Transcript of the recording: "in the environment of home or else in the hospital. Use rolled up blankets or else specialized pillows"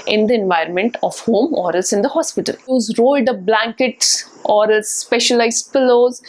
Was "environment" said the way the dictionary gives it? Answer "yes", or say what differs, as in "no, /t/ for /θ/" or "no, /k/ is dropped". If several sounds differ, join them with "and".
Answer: yes